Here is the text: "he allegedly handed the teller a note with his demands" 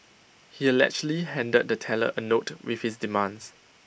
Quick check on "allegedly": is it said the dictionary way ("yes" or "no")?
no